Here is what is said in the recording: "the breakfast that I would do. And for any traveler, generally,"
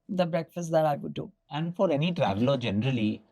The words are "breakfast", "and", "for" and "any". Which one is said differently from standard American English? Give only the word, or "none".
none